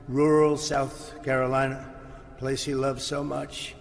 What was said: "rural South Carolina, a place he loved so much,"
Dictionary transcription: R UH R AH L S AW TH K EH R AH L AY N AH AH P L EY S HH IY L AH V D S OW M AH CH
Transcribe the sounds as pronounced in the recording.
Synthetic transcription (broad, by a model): R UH R L S AW TH K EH R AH L AY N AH AH P L EY S HH IY L AH V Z S OW M AH CH